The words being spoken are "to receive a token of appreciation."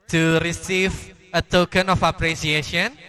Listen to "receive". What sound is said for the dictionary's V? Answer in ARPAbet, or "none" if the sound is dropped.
V